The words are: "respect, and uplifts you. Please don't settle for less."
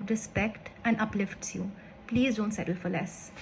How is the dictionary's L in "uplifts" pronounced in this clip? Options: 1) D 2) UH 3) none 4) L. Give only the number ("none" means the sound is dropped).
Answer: 4